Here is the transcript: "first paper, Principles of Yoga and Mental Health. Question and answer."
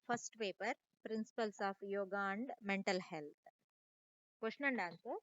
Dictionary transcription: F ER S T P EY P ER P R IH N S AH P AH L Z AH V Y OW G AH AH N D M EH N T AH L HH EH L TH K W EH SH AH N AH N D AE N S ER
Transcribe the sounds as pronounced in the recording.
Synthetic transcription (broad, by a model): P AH S T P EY P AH P R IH N S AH P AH L S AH P Y OW G AH AH N D M EH N T AH L HH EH L T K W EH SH N AH N D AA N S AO